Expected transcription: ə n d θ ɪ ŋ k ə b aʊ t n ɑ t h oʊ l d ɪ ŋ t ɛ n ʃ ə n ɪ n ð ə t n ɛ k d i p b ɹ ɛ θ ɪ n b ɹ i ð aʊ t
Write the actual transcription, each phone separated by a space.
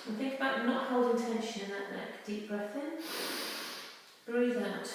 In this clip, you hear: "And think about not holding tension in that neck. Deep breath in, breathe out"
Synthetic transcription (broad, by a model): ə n θ ɪ ŋ k ə b aʊ t n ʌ t h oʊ l d ɪ ŋ t ɛ n ʃ ə n ɪ n ð ə t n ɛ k d i p b ɹ ɛ θ ɪ n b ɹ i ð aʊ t